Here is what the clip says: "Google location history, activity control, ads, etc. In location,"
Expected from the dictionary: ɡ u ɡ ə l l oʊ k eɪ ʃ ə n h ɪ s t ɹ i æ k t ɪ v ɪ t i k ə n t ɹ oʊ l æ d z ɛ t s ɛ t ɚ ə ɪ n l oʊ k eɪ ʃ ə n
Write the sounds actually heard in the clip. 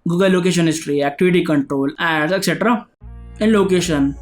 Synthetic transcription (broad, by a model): ɡ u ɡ ə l l oʊ k eɪ ʃ ə n h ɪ s t ɹ i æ k t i v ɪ t i k ə n t ɹ oʊ l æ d ɛ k s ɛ t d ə ɪ n l oʊ k eɪ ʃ ə n